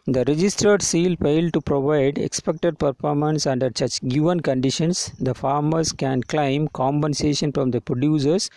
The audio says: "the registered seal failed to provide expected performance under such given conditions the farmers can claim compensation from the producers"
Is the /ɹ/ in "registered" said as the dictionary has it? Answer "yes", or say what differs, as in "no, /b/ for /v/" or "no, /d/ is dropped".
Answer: yes